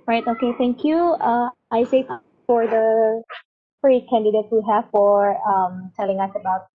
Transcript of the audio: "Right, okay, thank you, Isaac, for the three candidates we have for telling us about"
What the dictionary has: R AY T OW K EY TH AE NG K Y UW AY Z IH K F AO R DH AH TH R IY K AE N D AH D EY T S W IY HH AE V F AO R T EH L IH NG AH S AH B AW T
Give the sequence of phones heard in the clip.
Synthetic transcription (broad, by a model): R AY T OW K EY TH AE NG K Y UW AY S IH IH F AO R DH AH F R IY K AE N D AH D EY T S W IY HH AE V F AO R T EH L IH NG AH S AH B AW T